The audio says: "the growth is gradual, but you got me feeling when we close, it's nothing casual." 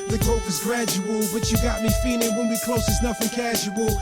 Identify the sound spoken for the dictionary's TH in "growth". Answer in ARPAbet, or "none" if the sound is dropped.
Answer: F